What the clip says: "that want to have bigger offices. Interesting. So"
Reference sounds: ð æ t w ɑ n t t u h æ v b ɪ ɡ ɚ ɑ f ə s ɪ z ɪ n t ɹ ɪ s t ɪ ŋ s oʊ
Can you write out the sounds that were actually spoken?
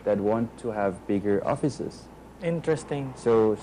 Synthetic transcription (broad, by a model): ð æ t w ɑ n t t u h æ v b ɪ ɡ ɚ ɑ f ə s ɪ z ɪ n t ɹ ɪ s t ɪ ŋ s oʊ